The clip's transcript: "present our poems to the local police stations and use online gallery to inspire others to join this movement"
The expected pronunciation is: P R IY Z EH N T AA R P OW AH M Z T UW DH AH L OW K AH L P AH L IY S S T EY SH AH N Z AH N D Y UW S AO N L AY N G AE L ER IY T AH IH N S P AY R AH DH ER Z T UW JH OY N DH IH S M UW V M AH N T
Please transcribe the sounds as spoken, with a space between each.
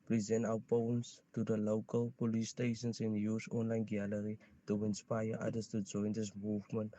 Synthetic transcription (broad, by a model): P R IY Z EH N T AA W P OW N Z T UW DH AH L OW K AH L P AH L IY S S T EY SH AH N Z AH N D Y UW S AO N L AY N G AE L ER IY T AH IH N S P AY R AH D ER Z T UW JH OY N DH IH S M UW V M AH N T